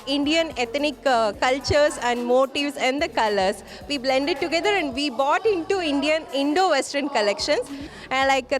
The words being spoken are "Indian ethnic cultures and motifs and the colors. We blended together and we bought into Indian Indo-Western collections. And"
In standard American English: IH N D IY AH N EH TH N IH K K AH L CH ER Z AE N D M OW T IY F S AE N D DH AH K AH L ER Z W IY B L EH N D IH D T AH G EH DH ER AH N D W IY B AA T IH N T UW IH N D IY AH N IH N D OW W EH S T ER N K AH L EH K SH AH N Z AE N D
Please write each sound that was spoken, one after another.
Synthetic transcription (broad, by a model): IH N D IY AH N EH T N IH K K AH L CH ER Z AE N D M OW T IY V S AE N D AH K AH L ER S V IY B L EH N D IH D T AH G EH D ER AH N D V IY B AA T IH N T UW IH N D IY AH N IH N D OW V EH S T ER N K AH L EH K SH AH N S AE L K